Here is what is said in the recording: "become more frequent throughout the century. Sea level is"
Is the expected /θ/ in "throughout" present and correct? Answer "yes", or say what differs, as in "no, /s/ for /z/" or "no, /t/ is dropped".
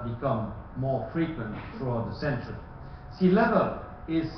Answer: no, /t/ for /θ/